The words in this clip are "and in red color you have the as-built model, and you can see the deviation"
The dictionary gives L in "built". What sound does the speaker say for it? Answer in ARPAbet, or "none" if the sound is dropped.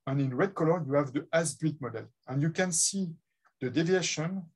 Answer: none